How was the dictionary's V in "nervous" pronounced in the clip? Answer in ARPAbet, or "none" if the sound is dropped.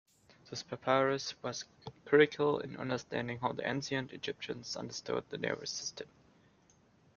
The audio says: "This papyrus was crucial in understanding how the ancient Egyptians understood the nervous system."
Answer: none